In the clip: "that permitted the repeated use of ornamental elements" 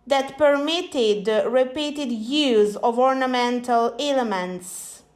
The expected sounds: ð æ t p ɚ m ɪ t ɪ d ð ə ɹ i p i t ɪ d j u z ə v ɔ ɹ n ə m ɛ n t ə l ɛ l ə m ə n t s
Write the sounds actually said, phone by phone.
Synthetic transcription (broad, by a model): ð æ t p ɚ m ɪ t ɪ d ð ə ɹ i p i t ɪ d j u z ə v ɔ ɹ n ə m ɛ n t ə l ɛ l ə m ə n t s